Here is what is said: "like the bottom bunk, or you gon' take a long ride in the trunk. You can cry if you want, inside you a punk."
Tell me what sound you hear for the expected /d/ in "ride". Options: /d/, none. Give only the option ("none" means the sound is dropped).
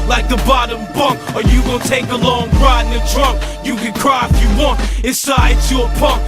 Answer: none